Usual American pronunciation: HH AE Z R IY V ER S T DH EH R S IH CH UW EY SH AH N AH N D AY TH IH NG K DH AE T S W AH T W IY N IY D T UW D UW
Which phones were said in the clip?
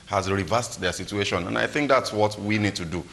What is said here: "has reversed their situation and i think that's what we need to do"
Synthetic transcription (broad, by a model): HH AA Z R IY V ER S T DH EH S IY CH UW EY SH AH N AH N AY TH IH NG K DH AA T S W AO T W IY N IY D T UW D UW